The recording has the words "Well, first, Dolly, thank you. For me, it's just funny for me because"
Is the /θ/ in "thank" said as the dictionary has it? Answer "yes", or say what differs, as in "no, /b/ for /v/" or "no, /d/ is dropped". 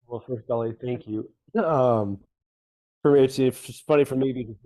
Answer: yes